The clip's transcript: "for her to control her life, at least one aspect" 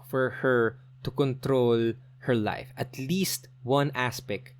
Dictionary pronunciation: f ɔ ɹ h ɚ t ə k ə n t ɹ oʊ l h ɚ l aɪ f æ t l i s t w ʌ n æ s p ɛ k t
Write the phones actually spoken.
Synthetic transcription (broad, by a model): f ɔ ɹ h ɚ t ə k ə n t ɹ oʊ l h ɚ l aɪ f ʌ t l i s t w ʌ n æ s p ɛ k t